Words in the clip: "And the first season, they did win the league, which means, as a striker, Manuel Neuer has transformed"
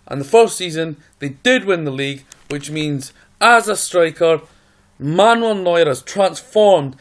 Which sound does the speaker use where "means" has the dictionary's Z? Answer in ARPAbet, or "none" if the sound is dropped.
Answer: Z